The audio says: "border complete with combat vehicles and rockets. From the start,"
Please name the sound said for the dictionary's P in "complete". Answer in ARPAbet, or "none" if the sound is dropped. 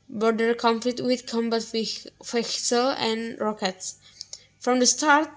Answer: F